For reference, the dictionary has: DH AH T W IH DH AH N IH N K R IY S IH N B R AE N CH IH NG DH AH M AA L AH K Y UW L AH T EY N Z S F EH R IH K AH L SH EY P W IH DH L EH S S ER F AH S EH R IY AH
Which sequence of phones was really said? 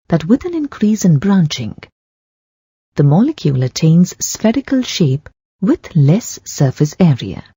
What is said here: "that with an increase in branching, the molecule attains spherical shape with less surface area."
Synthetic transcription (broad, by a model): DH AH T W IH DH AH N IH N K R IY S IH N B R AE N CH IH NG DH AH M AA L AH K Y UW L AH T EY N Z S F EH R IH K AH L SH EY P W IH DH L EH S S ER F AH S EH R IY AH